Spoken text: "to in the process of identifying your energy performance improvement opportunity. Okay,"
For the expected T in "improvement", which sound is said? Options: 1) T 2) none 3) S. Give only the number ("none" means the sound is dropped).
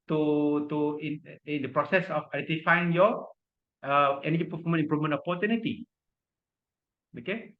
2